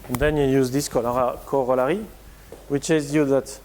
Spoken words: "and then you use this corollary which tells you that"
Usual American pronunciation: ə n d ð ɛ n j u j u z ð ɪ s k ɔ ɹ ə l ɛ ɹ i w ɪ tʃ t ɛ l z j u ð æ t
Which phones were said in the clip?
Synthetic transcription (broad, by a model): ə n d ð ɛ n j u j u z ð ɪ s k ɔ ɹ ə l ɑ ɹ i w ɪ tʃ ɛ z j u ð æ t